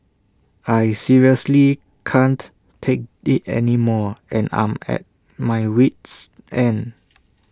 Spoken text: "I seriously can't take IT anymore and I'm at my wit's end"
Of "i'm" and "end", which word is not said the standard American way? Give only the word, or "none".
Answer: end